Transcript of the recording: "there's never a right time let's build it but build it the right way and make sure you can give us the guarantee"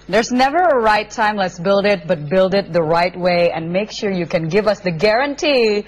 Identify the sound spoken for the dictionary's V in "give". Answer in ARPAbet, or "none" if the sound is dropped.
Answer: V